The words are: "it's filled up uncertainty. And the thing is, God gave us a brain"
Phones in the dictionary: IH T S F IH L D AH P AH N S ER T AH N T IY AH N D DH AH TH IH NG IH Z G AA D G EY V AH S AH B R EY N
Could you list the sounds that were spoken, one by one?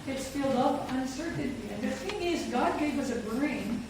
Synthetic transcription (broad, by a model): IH T S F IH L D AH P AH N S ER T N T IY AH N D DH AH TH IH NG IH Z G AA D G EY W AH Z AH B R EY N